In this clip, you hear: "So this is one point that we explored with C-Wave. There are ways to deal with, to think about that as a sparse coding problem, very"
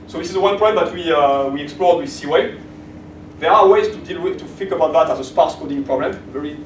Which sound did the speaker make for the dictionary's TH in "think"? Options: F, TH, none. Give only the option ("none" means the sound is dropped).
F